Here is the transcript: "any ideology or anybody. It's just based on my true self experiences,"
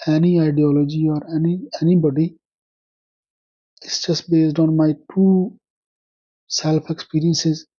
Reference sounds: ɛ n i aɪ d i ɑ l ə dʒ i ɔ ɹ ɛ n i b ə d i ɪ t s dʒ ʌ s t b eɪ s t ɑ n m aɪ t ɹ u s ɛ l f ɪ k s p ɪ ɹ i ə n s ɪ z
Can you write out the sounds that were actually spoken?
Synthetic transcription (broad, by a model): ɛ n i aɪ d i ɑ l ə dʒ i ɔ ɹ ɛ n i b ə d i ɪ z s dʒ ʌ s t b eɪ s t ɑ n m aɪ t u s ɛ l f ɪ k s p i ɹ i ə n s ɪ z